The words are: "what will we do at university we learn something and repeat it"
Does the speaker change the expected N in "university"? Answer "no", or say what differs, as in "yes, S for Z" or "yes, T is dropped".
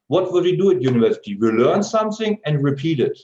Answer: no